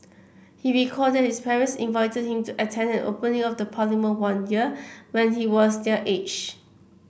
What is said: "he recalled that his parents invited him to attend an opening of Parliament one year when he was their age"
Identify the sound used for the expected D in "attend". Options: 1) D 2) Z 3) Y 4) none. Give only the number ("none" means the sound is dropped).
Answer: 1